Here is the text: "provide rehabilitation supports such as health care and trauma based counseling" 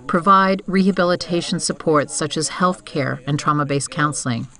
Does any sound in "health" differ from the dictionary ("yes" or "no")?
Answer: no